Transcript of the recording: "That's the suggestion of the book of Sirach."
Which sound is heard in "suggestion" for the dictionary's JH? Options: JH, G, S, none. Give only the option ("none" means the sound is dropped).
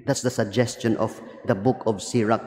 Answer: JH